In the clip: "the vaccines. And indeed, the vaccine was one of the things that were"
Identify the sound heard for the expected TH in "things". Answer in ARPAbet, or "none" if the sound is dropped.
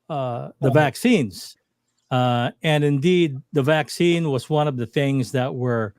TH